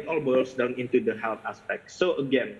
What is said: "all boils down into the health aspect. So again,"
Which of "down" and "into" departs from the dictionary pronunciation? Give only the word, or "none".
none